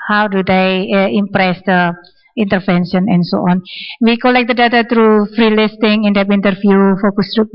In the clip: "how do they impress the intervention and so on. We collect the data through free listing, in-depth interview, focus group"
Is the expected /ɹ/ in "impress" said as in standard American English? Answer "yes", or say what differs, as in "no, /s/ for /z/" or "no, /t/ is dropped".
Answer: yes